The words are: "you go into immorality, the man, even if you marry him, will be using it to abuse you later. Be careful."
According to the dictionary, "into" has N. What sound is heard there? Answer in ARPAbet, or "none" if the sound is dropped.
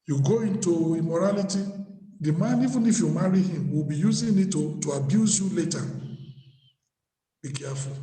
N